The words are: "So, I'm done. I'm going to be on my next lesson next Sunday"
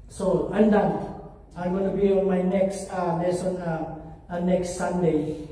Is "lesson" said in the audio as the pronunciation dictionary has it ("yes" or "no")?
no